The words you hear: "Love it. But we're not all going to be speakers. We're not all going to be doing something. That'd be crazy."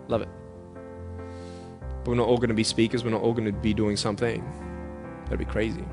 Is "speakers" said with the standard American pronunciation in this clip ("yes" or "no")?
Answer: yes